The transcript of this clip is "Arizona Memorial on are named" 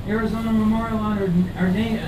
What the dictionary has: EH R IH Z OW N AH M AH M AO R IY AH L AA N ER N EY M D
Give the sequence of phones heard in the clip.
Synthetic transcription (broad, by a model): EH R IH Z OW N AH M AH M AO R IY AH N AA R ER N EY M